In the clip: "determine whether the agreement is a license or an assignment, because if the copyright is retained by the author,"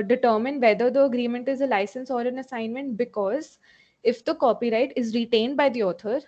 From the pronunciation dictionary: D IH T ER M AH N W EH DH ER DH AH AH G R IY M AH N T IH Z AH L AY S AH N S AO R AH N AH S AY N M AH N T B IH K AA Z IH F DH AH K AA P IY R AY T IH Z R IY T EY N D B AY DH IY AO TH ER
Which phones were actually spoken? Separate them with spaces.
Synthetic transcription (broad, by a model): D IH T ER M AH N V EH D ER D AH AH G R IY M AH N T IH Z AH L AY S AH N S AO R AH N AH S AY N M AH N T B IH K AA Z IH F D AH K AA P IY R AY T IH Z R IY T EY N D B AY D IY AO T ER